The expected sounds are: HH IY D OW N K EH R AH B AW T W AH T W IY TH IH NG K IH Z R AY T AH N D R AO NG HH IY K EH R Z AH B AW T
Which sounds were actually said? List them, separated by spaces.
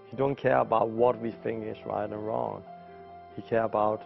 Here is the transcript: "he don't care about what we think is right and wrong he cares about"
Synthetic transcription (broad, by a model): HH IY D OW N K EH R AH B AW T W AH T W IY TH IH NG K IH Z R AY T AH N R AO NG HH IY K EH R AH B AW T